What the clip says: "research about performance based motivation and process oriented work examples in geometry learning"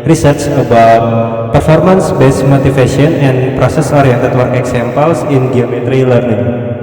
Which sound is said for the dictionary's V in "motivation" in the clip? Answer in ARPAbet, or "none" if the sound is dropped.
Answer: F